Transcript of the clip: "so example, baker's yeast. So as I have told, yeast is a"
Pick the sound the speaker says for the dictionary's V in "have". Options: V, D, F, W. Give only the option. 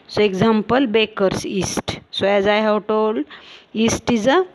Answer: W